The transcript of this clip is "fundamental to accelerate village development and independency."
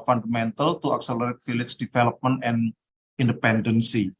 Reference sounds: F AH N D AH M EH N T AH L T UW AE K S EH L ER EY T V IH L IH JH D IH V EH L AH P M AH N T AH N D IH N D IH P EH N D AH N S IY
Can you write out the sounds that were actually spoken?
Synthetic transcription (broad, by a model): F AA N D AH M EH N T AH L T UW AE K S EH L ER EY T F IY L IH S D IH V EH L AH P M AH N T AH N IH N D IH P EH N D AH N S IY